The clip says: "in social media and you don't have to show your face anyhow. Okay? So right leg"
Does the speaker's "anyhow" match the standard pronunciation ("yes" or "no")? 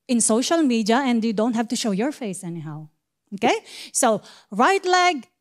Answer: yes